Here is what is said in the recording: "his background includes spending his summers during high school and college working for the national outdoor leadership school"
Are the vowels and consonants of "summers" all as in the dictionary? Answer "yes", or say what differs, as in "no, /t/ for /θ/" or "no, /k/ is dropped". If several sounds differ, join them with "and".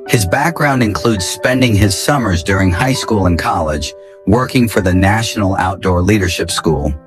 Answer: yes